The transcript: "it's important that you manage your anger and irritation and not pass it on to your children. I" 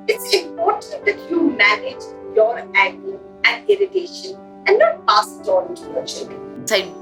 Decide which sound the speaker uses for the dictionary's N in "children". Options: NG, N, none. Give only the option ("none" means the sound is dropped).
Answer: none